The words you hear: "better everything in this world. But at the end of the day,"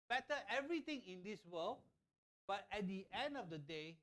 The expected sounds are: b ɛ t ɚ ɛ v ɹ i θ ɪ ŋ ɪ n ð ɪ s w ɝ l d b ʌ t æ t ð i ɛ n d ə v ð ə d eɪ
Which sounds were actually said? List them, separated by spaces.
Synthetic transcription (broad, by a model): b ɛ t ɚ ɛ v ɹ i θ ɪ ŋ ɪ n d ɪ s w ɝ l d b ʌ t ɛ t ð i ɛ n d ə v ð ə d eɪ